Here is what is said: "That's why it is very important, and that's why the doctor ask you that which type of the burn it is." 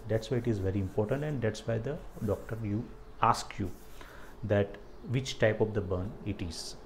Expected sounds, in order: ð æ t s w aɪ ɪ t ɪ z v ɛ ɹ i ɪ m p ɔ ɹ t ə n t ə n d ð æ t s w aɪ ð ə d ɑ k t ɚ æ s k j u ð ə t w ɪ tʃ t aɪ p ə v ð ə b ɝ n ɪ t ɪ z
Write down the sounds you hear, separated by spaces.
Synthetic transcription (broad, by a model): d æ t s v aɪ ɪ t ɪ z v ɛ ɹ i ɪ m p ɔ ɹ t ə n t ə n d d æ t s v aɪ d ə d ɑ k t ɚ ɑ s k j u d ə t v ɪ tʃ t aɪ p ə v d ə b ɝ n ɪ t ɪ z